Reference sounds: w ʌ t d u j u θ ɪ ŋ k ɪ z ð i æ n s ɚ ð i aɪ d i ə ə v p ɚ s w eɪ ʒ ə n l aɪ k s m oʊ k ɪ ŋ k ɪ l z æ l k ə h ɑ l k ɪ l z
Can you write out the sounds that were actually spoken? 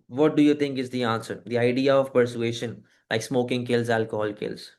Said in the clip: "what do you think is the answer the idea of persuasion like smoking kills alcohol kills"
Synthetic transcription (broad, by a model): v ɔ t d u j u t ɪ ŋ k ɪ z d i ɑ n s ɚ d i aɪ d i ə ə v p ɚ s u eɪ ʃ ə n l aɪ k s m oʊ k ɪ ŋ k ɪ l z æ l k ə h ɑ l k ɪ l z